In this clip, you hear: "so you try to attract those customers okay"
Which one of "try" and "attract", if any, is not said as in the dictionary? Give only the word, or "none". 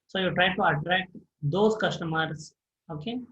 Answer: none